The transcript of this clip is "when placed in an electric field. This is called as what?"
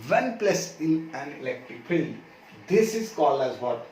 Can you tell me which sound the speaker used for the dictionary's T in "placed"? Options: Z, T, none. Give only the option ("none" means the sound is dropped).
none